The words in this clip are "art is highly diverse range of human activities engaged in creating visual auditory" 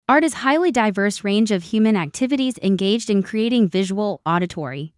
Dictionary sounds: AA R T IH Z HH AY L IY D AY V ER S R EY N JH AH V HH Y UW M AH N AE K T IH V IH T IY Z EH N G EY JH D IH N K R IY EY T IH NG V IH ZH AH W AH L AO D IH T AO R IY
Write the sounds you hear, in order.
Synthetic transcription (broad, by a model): AA R T IH Z HH AY L IY D AY V ER S R EY N JH AH V HH Y UW M AH N AE K T IH V IH T IY Z EH N G EY JH D IH N K R IY EY T IH NG V IH ZH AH W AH L AO D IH T AO R IY